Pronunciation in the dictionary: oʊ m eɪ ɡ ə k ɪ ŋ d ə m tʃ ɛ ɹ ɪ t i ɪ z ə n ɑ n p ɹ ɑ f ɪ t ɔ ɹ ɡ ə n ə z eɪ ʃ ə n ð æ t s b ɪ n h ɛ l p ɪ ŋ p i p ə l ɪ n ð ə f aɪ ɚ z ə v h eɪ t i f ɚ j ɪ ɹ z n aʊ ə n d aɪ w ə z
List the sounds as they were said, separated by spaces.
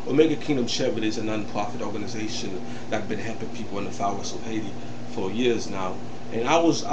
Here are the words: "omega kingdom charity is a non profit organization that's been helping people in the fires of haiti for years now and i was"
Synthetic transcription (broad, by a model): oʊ m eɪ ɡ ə k ɪ ŋ d ə m ʃ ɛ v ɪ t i ɪ z ə n ɑ n p ɹ ɑ f ɪ t ɔ ɹ ɡ ə n ə z eɪ ʃ ə n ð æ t b ɪ n h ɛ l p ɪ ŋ p i p l ɪ n ð ə f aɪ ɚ s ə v h eɪ t i f ɚ j ɪ ɹ z n aʊ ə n aɪ w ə z